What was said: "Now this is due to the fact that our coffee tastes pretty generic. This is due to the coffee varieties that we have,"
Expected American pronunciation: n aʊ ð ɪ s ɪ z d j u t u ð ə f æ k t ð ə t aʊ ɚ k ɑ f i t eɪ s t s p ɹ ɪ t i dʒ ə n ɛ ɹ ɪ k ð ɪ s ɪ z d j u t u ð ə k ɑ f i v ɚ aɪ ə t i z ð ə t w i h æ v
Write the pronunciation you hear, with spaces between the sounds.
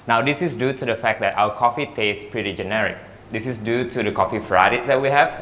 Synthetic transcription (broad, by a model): n aʊ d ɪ s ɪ s d j u t u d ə f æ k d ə t aʊ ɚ k ɑ f i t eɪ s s p ɹ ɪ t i dʒ ə n ɛ ɹ ɪ k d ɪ s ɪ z d j u t u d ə k ɑ f i f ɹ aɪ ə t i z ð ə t w i h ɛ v